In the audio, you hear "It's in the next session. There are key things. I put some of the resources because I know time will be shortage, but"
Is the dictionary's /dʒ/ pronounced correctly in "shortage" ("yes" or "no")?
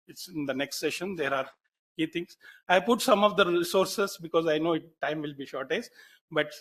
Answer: no